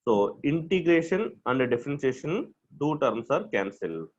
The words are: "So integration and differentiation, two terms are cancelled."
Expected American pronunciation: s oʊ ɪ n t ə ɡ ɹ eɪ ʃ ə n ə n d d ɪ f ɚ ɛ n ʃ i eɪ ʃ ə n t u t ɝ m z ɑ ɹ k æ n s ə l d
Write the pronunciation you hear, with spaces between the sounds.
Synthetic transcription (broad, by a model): s oʊ ɪ n t ə ɡ ɹ eɪ ʃ ə n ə n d d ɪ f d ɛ n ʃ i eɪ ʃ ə n t u t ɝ m s ɑ ɹ k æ n s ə l